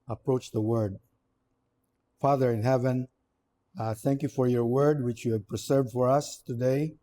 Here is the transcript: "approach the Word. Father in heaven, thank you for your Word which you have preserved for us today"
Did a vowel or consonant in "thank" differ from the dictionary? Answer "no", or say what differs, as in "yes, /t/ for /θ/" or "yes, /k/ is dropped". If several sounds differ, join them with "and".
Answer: no